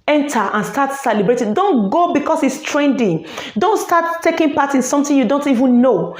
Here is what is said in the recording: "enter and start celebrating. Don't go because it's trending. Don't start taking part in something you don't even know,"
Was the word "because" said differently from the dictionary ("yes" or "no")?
yes